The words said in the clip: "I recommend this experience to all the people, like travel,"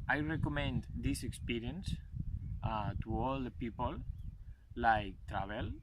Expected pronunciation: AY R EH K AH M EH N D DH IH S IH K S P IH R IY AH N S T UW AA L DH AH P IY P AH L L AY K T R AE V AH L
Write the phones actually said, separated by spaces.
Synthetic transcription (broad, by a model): AY R EH K AH M EH N D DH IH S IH K S P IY R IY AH N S T UW AA L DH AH P IY P AH L L AY K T R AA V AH L